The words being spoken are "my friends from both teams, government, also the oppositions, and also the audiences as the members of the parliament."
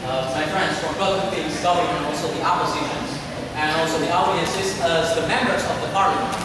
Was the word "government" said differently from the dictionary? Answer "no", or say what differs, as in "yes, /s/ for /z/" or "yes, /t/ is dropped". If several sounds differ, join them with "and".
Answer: yes, /m/ is dropped and /t/ is dropped